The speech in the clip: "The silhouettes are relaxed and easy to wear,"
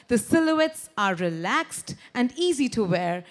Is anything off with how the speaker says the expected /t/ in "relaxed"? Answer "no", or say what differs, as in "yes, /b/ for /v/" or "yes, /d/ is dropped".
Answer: no